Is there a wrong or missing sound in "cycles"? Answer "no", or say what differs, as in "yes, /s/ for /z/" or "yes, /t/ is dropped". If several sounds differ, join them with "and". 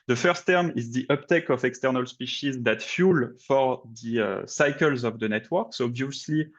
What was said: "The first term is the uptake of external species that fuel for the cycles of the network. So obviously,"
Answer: no